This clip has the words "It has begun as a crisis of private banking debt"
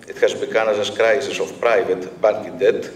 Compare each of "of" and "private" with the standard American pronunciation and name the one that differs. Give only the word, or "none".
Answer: of